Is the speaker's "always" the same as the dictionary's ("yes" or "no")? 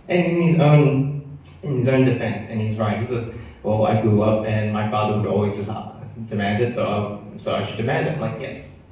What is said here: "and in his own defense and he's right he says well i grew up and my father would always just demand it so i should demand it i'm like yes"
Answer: yes